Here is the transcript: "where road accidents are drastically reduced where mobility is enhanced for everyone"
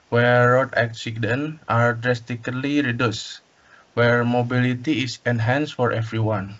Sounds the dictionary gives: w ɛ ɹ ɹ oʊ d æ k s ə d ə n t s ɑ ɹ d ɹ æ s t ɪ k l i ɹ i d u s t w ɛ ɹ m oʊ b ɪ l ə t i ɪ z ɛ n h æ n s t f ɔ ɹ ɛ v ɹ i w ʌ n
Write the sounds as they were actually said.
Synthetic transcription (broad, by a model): w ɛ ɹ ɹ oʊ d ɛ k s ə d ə n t ɑ ɹ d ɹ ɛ s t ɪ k l i ɹ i d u s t w ɛ ɹ m oʊ b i l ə t i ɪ s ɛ n h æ n s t f ɔ ɹ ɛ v ɹ i w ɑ n